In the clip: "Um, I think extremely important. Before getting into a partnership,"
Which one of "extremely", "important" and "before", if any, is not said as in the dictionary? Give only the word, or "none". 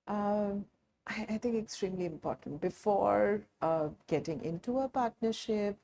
none